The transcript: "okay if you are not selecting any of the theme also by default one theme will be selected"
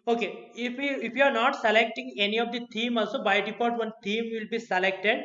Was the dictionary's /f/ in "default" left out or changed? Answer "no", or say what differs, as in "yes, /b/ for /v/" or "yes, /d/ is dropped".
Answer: yes, /p/ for /f/